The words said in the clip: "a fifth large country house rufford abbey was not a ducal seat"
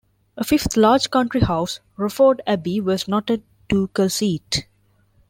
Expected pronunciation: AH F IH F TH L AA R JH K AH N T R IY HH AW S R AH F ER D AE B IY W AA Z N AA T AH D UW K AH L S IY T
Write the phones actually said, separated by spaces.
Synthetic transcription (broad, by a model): AH F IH F T L AA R JH K AH N T R IY HH AW S R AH F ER D AE B IY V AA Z N AA T AH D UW K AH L S IY T